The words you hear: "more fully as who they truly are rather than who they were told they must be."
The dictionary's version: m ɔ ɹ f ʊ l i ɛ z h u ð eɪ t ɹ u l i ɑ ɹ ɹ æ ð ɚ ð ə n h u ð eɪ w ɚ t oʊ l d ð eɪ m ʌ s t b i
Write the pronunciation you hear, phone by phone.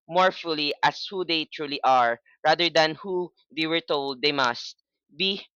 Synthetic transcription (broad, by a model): m ɔ ɹ f ʊ l i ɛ s h u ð eɪ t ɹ u l i ɑ ɹ ɹ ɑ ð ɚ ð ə n h u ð eɪ w ɚ t oʊ l d eɪ m ʌ s t b i